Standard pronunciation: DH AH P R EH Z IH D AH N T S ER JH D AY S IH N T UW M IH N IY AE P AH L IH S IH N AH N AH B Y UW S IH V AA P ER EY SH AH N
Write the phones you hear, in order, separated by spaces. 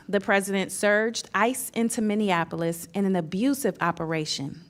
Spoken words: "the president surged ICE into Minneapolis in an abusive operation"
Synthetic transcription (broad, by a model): DH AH P R EH Z IH D AH N T S ER JH D AY S IH N T UW M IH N IY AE P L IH S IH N AH N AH B Y UW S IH V AA P ER EY SH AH N